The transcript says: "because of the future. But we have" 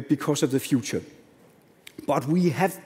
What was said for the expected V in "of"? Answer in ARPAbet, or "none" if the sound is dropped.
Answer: V